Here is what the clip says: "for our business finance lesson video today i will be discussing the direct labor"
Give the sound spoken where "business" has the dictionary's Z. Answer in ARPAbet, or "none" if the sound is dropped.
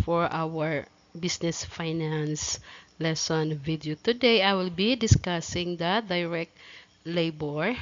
S